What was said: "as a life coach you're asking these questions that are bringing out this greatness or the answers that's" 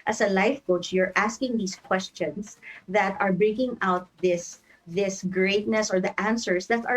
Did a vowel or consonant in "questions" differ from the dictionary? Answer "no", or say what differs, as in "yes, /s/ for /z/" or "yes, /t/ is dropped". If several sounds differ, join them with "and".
yes, /s/ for /z/